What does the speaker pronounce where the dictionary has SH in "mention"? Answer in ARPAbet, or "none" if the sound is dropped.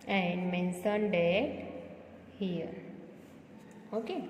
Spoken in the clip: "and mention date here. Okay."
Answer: S